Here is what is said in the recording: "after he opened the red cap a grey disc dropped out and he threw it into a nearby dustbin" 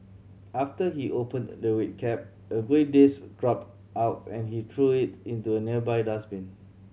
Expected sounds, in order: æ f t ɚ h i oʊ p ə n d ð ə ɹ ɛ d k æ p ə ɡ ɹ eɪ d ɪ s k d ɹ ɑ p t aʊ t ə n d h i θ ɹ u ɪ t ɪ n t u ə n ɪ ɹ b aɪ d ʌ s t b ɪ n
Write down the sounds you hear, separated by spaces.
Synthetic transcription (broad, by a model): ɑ f t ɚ h i oʊ p ə n d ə w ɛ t k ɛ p ə ɡ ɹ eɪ d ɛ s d ɹ ɑ p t aʊ t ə n h i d ɹ u ɪ t ɪ n t u ə n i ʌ b aɪ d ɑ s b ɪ n